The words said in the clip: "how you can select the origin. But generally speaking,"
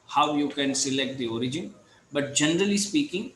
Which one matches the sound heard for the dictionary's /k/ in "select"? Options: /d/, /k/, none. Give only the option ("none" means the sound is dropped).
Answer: /k/